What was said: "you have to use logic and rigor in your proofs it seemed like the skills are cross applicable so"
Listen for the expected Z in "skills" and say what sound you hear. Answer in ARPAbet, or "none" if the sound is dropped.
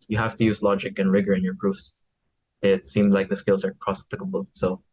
Z